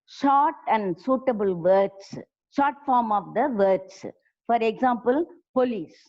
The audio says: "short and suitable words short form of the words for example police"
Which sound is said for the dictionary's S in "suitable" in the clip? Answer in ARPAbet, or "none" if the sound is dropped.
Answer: S